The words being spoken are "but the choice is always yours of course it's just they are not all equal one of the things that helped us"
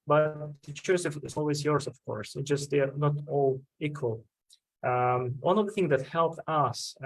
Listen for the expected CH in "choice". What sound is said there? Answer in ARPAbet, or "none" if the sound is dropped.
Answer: S